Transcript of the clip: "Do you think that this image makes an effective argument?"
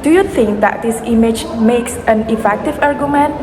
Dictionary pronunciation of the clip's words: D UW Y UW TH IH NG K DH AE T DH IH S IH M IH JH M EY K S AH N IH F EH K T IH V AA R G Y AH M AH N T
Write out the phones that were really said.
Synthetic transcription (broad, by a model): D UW Y UW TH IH NG K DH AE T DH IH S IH M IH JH M EY K S AH N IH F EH K T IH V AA R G Y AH M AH N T